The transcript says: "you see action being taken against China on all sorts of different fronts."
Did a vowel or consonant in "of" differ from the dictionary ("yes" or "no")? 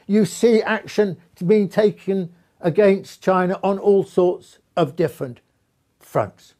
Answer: no